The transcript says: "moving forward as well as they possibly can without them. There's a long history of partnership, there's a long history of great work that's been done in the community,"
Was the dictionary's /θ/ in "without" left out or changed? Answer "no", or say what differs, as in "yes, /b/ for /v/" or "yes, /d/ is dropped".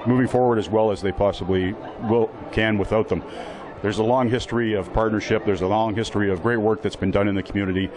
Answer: no